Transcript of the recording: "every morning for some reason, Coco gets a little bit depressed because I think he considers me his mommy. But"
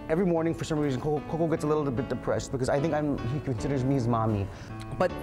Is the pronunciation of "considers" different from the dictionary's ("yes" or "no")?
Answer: no